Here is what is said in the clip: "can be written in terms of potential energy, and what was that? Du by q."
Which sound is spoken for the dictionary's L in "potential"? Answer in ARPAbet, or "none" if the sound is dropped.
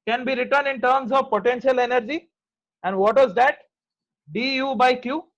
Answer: L